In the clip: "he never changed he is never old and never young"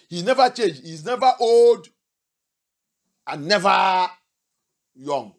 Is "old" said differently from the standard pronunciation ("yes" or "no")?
no